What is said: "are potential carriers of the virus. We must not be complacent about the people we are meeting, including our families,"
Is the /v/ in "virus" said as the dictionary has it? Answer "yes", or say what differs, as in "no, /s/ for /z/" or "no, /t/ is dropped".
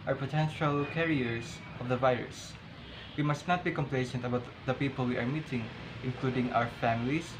yes